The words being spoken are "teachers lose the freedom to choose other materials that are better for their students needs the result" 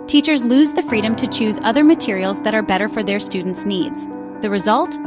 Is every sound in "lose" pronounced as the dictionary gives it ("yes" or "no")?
yes